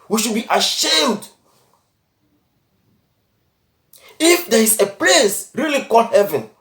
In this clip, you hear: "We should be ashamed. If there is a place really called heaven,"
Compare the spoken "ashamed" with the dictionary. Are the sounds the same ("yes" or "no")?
yes